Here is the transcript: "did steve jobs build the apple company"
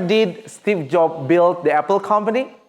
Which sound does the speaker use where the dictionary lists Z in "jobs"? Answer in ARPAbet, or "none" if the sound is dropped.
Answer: none